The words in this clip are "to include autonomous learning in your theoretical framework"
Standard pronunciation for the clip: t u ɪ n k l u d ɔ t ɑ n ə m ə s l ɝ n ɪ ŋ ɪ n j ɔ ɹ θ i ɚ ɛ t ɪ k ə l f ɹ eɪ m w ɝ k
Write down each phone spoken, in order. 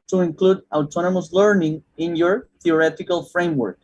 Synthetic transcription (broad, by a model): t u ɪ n k l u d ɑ t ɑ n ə m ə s l ɝ n ɪ ŋ ɪ n j ɔ ɹ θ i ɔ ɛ t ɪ k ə l f ɹ eɪ m w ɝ k